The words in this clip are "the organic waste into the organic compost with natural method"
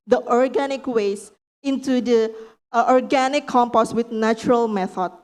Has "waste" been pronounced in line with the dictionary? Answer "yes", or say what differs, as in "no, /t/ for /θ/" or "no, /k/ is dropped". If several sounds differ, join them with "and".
no, /t/ is dropped